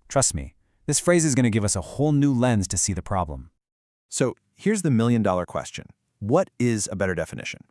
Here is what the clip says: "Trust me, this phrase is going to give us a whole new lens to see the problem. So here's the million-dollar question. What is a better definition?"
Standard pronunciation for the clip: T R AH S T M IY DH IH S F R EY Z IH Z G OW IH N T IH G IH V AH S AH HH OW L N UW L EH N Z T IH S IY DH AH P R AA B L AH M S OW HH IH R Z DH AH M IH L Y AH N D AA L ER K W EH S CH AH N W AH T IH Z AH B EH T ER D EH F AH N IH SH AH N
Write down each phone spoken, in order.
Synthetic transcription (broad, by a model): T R AH S T M IY DH IH S F R EY Z IH Z G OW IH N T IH G IH V AH S AH HH OW L N UW L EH N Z T IH S IY DH AH P R AA B L AH M S OW HH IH R Z DH AH M IH L Y AH N D AA L ER K W EH S CH AH N W AH T IH Z AH B EH T ER D EH F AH N IH SH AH N